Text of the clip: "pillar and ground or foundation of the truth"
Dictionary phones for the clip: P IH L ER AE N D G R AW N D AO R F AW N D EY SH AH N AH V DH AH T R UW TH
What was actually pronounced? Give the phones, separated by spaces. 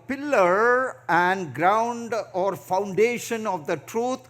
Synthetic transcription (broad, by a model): P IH L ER AE N D G R AW N D AO R F AW N D EY SH AH N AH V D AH T R UW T